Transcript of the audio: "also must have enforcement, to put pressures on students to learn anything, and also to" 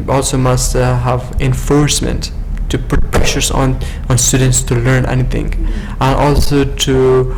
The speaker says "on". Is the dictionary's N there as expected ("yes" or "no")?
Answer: yes